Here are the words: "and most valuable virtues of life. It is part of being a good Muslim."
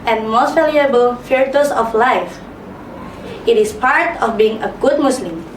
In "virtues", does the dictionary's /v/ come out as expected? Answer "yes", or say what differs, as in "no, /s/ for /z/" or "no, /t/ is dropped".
no, /f/ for /v/